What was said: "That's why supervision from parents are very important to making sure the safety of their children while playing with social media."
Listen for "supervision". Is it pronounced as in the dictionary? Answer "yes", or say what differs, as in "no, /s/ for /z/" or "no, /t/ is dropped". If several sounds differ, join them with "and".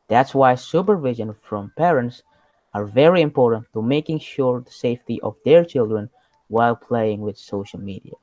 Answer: yes